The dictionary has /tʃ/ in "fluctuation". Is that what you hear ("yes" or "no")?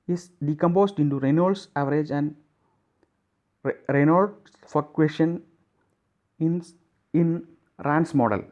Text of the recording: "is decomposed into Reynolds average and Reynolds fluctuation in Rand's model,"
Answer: no